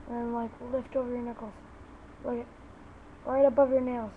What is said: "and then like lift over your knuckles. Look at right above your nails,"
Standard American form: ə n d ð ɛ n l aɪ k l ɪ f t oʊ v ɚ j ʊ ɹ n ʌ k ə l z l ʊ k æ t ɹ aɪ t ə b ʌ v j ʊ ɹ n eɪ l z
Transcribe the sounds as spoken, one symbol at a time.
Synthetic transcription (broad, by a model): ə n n l aɪ k l ɪ f t oʊ v ɚ j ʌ ɹ n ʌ k l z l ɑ ɪ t ɹ aɪ t ə b ʌ v j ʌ ɹ n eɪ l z